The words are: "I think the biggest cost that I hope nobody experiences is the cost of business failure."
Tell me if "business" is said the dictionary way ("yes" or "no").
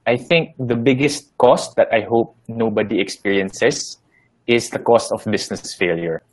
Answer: no